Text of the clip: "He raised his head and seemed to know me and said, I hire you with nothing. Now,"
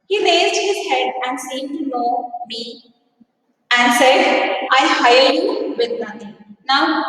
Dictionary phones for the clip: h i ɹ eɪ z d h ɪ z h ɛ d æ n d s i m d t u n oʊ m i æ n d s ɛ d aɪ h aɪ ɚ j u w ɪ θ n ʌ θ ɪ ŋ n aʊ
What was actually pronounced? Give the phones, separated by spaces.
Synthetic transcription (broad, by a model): h i ɹ eɪ z d h ɪ z h ɛ d æ n d s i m t u n oʊ m i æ n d s ɛ d aɪ h aɪ ɚ j u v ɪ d n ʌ t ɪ ŋ n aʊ